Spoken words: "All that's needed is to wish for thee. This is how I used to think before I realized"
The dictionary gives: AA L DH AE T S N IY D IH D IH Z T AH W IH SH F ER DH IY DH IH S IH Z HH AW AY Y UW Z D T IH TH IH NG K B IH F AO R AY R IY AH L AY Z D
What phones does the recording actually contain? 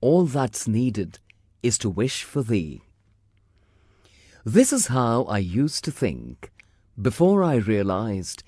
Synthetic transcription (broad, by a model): AA L DH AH T S N IY D IH D IH Z T AH W IH SH F ER DH IY DH IH S IH Z HH AW AY Y UW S T IH TH IH NG K B IH F AO R AY R IY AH L AY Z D